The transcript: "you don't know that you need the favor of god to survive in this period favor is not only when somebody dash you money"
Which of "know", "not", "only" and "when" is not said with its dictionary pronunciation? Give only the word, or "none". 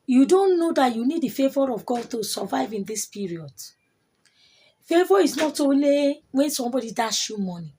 only